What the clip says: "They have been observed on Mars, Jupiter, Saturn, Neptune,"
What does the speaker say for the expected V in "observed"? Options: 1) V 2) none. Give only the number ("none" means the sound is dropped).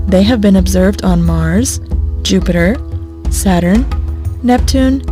1